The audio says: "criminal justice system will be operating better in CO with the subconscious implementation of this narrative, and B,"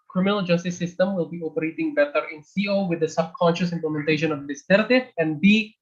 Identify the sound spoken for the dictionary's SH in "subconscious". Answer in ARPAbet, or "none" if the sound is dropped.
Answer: SH